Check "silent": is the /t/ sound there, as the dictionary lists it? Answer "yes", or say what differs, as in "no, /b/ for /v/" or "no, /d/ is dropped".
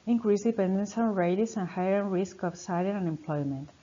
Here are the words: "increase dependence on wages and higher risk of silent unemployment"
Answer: no, /t/ is dropped